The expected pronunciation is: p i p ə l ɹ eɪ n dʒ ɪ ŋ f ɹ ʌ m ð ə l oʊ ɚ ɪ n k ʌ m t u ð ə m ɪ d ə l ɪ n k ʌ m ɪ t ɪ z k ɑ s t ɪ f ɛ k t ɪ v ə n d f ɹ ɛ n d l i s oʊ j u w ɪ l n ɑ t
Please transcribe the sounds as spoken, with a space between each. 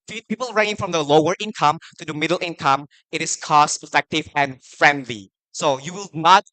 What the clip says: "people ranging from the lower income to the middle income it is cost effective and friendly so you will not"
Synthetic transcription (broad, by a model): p i p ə l ɹ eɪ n ɪ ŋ f ɹ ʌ m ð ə l oʊ ɚ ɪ n k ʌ m t u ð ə m ɪ d ə l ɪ n k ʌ m ɪ t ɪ s k ɑ s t ɪ f ɛ k t ɪ v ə n f ɹ ɛ n d l i s oʊ j u w ɪ l n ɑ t